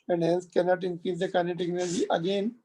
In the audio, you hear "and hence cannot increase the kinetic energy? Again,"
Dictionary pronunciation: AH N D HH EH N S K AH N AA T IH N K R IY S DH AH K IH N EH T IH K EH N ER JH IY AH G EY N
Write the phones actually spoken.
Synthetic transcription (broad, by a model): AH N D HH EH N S K AH N AA T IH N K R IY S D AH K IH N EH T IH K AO L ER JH IY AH G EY N